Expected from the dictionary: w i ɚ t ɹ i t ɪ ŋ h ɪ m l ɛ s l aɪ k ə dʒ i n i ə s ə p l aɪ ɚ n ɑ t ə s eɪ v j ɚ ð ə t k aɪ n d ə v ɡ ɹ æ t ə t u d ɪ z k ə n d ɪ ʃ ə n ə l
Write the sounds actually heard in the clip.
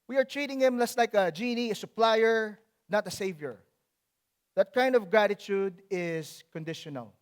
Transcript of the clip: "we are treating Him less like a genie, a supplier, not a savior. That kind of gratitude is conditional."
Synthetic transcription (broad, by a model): w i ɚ t ɹ i t ɪ ŋ h ɪ m l ɛ s l aɪ k ə dʒ i n i ə s ə p l aɪ ɚ n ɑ t ə s eɪ v j ɚ ð ə t k aɪ n d ə v ɡ ɹ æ t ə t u d ɪ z k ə n d ɪ ʃ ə n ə l